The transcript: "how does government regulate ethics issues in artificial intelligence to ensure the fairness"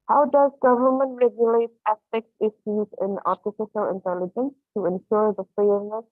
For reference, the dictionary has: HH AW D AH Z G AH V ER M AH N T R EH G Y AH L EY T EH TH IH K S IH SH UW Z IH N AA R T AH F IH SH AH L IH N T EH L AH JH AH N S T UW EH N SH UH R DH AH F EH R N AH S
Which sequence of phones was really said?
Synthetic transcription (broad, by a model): HH AW D AH Z G AH V ER M AH N T R EH G Y AH L EY T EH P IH K S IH S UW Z IH N AA R T AH F IH SH AH L IH N T EH L AH JH AH N S T UW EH N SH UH R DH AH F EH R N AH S